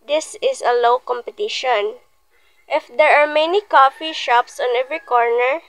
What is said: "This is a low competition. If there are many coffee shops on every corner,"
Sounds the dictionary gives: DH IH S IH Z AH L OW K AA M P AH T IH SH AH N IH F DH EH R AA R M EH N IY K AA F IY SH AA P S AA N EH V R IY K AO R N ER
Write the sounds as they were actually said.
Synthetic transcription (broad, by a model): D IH S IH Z AH L OW K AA M P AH T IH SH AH N IH F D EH R AA R M EH N IY K AA F IY SH AA P S AA N EH V R IY K AO R N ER